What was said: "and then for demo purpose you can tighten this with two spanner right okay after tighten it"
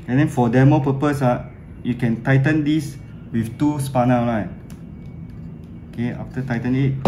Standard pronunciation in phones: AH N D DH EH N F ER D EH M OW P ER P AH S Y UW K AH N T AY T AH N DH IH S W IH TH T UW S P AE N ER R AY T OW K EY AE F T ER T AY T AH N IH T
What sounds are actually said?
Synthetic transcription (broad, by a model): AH N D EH N F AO D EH M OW P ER P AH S Y UW K AH N T AY T AH N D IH S W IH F T UW S P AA N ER L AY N OW K EY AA F T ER T AY T AH N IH T